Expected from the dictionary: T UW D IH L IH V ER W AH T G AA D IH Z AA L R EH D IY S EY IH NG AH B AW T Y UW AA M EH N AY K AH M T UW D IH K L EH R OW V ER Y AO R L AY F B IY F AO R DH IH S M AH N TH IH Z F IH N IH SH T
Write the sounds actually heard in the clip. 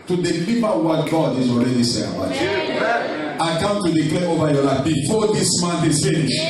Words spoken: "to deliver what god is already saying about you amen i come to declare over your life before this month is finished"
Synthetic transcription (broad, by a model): T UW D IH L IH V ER W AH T G AA D IH Z AA L R EH D IY S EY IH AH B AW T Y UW AA IH K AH M T UW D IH K L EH OW V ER Y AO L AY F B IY F AO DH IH S M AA N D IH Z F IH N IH SH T